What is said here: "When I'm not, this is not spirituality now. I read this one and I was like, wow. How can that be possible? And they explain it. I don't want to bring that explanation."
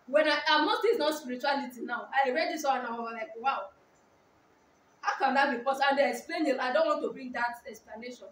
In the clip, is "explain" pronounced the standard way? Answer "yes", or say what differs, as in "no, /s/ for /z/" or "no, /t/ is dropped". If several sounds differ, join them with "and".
yes